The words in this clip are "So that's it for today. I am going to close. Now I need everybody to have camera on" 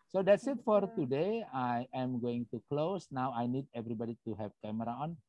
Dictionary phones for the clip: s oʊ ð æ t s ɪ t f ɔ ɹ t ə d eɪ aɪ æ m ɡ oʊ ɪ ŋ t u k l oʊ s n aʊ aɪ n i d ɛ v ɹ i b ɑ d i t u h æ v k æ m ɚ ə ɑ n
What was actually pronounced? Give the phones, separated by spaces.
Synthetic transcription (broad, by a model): s oʊ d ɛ t s ɪ t f ɔ ɹ t ə d eɪ aɪ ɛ m ɡ oʊ ɪ ŋ t u k l oʊ s n aʊ aɪ n i d ɛ v ɹ i b ɑ d i t u h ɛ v k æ m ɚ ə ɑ n